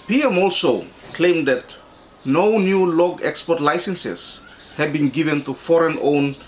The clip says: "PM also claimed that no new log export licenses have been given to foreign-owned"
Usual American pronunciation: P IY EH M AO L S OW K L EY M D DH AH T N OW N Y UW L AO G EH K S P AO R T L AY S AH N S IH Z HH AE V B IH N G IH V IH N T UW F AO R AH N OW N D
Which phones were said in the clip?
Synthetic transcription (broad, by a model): P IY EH M AO L S OW K L EY M D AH T N OW N Y UW L AO G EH K S P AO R T L AY S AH N S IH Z HH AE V B IH N G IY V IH N T UW F AO R AH N OW N